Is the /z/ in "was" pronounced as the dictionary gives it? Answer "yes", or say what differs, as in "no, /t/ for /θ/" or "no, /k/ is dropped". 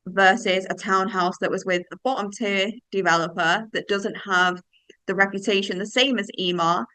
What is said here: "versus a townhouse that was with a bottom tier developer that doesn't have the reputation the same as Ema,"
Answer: yes